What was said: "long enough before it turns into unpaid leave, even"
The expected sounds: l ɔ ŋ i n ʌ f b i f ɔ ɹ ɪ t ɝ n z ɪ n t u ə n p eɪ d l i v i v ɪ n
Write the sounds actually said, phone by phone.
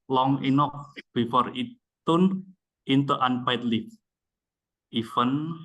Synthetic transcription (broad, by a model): l ɔ ŋ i n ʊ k b i f ɔ ɹ ɪ t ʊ n ɪ n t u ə n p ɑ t l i f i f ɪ n